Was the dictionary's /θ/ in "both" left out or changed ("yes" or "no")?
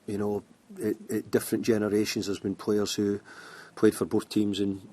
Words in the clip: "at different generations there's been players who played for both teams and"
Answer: no